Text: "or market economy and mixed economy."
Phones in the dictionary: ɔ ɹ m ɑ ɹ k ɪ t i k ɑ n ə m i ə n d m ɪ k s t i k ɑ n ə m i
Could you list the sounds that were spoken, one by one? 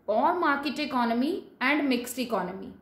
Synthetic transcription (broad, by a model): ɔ ɹ m ɑ ɹ k ɪ t i k ɑ n ə m i ə n d m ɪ k s i k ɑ n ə m i